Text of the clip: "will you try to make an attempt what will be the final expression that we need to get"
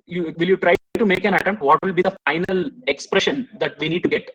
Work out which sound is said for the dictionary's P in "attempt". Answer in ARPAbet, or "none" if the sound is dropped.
none